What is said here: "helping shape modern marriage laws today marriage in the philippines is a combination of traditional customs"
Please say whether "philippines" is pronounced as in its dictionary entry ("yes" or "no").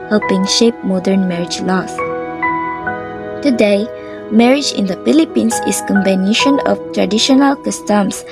no